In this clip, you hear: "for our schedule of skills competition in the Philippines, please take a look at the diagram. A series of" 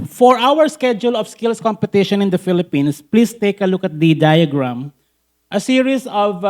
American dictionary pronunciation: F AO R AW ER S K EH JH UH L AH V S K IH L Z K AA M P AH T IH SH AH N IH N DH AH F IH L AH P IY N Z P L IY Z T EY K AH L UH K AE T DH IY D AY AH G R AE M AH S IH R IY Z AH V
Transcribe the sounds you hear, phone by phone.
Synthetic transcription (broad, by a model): F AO R AW ER S K EH JH UH L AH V S K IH L S K AA M P AH T IH SH AH N IH N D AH F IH L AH P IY N S P L IY S T EY K AH L UH K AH T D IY D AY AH G R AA M AH S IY R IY S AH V